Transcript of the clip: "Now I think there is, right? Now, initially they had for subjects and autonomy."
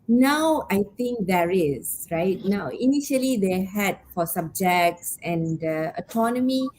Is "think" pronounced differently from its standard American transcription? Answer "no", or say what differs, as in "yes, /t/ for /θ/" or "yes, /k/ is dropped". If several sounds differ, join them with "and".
yes, /t/ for /θ/